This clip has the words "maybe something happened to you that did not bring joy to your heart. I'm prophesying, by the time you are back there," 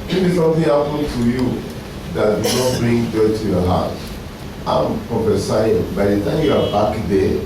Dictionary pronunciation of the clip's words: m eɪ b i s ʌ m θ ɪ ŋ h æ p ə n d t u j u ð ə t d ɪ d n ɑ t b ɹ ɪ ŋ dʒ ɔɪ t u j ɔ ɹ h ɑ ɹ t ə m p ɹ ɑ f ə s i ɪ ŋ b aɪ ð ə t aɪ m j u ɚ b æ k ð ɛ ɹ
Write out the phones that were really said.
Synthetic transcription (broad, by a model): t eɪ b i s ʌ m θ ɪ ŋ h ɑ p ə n t u j u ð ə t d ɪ n ɑ t b ɹ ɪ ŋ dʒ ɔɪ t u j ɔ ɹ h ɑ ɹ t ə m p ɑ p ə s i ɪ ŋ b aɪ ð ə t aɪ m j u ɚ b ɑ k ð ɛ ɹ